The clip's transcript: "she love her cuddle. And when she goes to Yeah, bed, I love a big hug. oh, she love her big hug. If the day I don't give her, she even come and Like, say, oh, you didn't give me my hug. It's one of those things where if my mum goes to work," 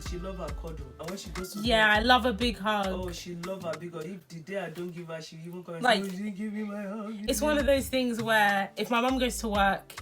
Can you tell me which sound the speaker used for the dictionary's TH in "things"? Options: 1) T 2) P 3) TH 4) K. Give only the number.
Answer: 3